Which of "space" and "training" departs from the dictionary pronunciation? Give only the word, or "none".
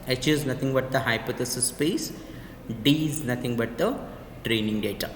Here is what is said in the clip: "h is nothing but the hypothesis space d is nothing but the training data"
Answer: none